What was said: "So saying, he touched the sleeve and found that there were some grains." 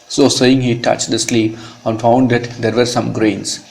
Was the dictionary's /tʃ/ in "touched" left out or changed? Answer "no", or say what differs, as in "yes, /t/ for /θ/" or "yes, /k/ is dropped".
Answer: no